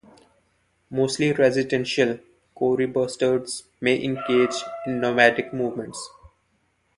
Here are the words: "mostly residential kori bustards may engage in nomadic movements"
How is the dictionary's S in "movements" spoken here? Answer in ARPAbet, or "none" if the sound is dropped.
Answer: S